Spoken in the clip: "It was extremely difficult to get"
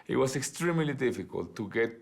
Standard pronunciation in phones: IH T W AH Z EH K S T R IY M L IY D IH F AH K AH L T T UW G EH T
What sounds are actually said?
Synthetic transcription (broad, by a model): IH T W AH S EH K S T R IY M L IY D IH F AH K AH L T T UW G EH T